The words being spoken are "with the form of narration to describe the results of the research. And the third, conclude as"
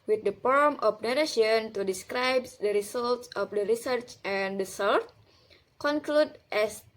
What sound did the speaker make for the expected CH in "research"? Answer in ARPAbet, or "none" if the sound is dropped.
CH